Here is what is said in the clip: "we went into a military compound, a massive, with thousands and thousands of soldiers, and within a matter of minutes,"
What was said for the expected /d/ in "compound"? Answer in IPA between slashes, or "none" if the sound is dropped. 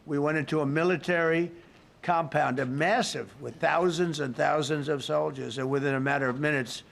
/d/